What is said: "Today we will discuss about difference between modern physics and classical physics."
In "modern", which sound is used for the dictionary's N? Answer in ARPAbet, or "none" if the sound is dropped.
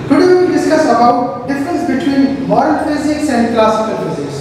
L